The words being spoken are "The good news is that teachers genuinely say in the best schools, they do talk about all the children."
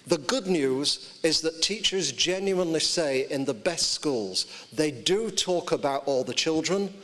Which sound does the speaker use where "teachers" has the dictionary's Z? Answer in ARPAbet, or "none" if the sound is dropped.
Z